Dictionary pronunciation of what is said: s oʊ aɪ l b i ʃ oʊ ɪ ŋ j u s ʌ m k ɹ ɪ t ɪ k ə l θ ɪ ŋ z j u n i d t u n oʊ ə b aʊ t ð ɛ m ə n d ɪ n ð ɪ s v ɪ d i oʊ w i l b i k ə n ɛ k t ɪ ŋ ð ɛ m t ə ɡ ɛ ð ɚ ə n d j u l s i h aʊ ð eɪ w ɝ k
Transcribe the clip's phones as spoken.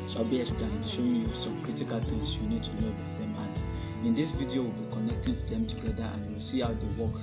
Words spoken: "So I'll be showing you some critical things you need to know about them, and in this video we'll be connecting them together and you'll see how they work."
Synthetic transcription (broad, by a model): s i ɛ n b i ʃ oʊ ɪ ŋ j u s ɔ m k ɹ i t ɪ k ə l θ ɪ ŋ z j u n i d t u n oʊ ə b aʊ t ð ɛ m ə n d ɪ n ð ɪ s v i d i oʊ w i l b i k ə n ɛ k t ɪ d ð ɛ m t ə ɡ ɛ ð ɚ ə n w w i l s i h aʊ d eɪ w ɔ k